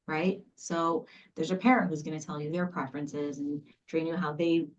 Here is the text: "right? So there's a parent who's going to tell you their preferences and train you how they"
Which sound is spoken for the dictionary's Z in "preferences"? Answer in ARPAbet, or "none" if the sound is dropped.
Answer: Z